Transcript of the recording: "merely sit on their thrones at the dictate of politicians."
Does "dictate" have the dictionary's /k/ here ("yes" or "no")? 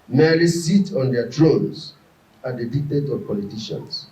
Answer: yes